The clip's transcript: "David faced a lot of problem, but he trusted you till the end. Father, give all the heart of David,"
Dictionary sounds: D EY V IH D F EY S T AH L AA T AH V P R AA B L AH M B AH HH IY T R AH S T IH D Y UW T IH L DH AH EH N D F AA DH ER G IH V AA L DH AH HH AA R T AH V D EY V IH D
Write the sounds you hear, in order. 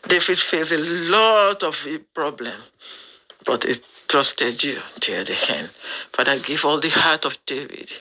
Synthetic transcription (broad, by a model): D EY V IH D F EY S AH L AA T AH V P R AA B L AH M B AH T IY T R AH S T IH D Y UW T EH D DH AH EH N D F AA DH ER G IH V AA L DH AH HH AA T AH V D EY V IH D